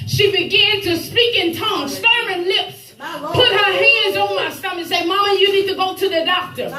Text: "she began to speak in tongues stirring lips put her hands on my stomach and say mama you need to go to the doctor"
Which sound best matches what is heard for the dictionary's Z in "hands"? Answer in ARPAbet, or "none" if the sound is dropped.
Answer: Z